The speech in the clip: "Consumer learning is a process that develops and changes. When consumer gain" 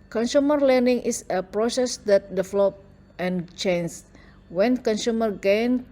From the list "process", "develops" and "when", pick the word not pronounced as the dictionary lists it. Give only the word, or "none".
develops